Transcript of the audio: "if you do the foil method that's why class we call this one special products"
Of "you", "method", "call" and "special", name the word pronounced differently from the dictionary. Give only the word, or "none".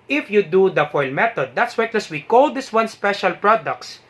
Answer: method